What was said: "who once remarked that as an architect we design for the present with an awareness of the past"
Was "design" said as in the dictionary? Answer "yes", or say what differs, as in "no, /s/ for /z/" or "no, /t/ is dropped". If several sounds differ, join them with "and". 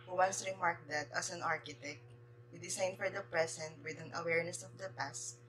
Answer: no, /s/ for /z/